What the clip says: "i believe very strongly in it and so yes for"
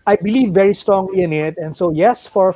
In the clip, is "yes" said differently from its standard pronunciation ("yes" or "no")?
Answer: no